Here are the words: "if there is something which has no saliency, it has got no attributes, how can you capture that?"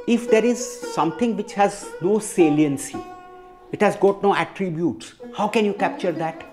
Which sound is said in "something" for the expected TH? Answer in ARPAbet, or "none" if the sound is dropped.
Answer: T